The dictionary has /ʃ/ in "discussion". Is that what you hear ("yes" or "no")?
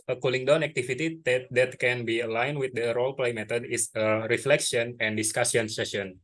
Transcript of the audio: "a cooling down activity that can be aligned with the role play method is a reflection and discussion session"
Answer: no